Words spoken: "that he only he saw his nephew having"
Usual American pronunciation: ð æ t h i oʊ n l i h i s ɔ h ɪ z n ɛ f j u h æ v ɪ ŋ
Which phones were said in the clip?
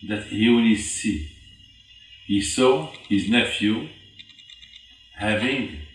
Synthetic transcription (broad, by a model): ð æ t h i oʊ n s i h i s ɔ h ɪ z n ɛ f j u h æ v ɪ ŋ